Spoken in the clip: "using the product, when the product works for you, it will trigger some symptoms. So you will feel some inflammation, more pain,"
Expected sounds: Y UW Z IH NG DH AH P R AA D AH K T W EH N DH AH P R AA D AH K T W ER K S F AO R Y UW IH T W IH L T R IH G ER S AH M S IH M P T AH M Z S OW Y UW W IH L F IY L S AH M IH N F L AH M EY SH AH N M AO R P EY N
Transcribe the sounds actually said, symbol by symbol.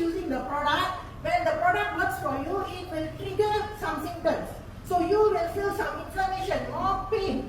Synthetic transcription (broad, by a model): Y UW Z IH NG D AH P R AA D AH K T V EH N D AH P R AA D AH K T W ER K S F AO R Y UW IH T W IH L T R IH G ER S AH M S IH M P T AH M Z S OW Y UW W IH L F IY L S AH M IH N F AH M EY SH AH N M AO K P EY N